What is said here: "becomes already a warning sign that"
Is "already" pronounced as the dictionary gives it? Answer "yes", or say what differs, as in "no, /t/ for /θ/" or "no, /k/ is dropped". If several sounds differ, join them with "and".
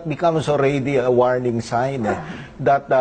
yes